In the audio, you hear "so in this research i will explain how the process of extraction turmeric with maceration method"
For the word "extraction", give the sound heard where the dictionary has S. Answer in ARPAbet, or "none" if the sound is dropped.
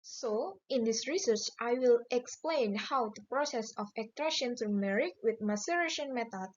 none